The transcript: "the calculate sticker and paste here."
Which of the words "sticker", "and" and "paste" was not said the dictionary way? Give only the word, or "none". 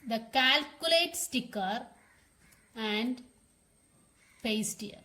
none